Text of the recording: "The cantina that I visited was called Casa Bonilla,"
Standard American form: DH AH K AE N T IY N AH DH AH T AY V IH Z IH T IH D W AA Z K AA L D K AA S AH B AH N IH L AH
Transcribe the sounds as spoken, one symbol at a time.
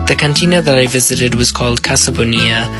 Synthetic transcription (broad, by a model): DH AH K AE N T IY N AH DH AH T AY V IH Z IH T IH D W AA Z K AA L D K AA S AH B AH N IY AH